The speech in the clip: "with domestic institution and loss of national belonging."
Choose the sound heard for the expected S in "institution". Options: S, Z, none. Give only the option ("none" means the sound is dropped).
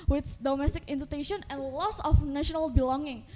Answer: none